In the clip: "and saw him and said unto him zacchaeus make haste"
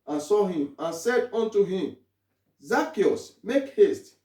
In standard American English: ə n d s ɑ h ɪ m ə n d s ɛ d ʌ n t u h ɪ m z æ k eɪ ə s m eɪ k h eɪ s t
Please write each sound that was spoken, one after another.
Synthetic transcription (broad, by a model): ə n s ɑ h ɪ m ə n s ɛ d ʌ n t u h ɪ m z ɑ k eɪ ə s m eɪ k h eɪ s t